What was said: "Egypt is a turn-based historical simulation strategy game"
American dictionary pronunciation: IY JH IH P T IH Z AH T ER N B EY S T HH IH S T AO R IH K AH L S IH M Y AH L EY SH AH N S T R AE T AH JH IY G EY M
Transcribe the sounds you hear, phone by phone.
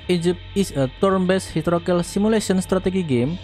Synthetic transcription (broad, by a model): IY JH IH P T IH S AH T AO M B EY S HH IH T R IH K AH L S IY M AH L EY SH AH N S T R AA T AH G IY G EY M